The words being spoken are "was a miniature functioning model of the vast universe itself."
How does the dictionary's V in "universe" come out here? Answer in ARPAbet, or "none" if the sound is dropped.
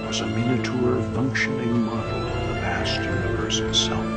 B